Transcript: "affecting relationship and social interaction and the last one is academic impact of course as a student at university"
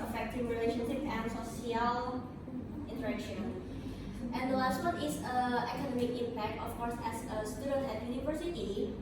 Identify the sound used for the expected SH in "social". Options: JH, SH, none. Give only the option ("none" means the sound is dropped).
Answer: none